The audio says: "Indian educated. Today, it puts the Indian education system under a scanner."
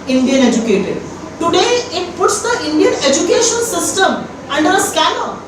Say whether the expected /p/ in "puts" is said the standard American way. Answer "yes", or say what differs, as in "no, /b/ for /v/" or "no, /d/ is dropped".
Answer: yes